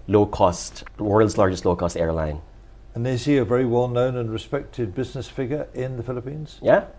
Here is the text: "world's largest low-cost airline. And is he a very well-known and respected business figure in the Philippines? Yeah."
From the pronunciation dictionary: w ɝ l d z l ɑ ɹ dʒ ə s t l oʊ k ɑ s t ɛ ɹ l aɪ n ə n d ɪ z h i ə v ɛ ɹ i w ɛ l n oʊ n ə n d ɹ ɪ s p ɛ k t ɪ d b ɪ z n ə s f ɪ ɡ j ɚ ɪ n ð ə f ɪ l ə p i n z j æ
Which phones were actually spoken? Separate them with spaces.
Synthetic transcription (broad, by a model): w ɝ l d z l ɑ ɹ dʒ ə s t l oʊ k ɑ s t ɛ ɹ l aɪ n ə n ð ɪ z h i ə v ɛ ɹ i w ɛ l n oʊ n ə n ɹ ɪ s p ɛ k t ɪ d b ɪ z n ə s f ɪ ɡ j ɚ ɪ n ð ə f ɪ l ə p i n z j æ